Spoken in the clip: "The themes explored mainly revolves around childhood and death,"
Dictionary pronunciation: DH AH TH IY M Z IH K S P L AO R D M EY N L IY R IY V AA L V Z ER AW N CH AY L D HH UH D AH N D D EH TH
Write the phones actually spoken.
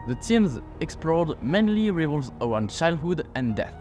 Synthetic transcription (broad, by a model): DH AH T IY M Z IH K S P L AO R D M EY N L IY R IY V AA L Z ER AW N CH AY L D HH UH D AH N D D EH TH